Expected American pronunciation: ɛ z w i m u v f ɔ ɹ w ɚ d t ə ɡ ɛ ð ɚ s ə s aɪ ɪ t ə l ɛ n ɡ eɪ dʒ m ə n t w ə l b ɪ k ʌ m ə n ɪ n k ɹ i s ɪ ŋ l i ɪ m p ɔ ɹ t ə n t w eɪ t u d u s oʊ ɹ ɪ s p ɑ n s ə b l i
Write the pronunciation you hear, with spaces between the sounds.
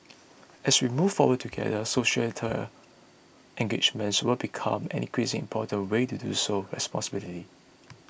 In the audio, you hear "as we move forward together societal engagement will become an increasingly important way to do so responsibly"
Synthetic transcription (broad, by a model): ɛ s w i m u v f ɔ w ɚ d t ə ɡ ɛ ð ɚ s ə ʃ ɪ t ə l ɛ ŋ ɡ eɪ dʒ m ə n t w ə l b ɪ k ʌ m ə n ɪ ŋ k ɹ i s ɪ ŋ i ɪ m p ɔ t ə n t w eɪ t u d u s oʊ ɹ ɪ s p ɑ n s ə b l i